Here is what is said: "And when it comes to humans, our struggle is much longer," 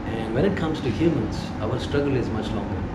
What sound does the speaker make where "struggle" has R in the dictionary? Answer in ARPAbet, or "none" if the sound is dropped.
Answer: R